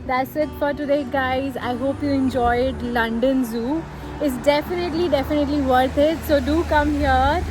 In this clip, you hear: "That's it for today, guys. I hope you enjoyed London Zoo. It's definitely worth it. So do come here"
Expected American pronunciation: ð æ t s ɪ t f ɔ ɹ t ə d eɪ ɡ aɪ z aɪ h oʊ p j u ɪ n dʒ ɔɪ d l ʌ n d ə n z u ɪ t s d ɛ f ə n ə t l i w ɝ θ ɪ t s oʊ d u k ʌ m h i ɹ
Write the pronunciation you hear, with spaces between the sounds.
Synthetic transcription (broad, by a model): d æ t s ɪ t f ɔ ɹ t ə d eɪ ɡ aɪ z aɪ h oʊ p j u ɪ n dʒ ɔɪ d l ʌ n d ə n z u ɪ t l d ɛ f ə n ə t l i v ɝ t ɪ t s oʊ d u k ʌ m h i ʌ